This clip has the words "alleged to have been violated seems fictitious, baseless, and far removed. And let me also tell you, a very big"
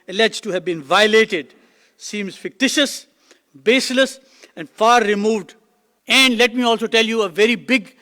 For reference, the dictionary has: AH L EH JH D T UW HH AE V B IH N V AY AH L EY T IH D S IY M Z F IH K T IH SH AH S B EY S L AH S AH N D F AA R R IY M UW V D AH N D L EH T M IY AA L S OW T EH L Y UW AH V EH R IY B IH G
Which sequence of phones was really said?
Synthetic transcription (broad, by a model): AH L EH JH T UW HH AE V B IH N V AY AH L EY T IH D S IY M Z F IH K T IH SH AH S B EY S L AH S AH N D F AA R R IY M UW V D AH N D L EH T M IY AA L S OW T EH L Y UW AH V EH R IY B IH G